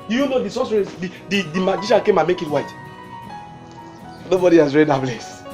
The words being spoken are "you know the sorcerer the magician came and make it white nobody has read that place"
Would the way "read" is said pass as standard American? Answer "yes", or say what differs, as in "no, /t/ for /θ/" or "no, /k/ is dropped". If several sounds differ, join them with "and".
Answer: yes